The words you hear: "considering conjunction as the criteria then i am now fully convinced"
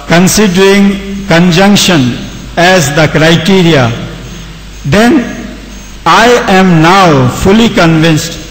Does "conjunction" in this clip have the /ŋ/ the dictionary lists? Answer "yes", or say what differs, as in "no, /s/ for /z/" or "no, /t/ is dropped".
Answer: yes